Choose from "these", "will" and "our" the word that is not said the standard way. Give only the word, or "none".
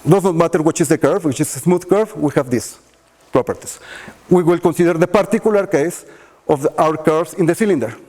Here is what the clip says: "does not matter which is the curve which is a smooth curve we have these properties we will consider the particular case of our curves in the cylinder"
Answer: these